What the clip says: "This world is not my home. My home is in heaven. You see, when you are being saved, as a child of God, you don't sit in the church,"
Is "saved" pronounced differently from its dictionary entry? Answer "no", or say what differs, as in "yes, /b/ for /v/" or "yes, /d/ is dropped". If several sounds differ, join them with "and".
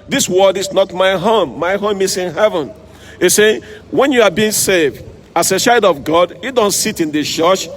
no